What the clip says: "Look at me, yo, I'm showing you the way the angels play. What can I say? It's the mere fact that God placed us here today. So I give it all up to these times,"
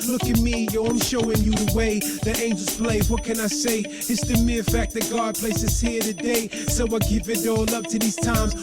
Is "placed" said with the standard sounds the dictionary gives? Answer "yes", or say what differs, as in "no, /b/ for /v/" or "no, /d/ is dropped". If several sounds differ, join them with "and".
no, /t/ is dropped